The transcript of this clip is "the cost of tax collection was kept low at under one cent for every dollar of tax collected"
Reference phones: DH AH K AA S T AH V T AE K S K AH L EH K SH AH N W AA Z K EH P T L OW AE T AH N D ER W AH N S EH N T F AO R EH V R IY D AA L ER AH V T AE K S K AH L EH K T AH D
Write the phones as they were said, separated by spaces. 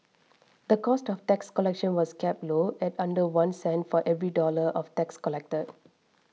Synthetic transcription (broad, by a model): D AH K AA S T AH F T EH K S K AH L EH K SH AH N W AA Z K EH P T L OW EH T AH N D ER W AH N S EH N T F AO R EH V R IY D AA L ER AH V T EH K S K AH L EH K T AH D